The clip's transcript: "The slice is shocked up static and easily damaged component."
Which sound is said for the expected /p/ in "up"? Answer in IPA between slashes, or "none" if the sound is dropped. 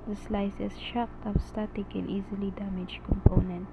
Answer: /f/